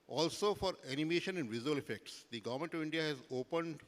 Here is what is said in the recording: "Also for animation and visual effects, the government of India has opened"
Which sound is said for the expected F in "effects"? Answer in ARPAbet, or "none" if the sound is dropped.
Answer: F